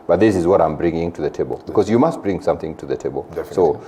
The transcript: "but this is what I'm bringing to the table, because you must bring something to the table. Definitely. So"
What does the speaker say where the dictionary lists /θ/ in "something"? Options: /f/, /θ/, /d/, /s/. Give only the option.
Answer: /θ/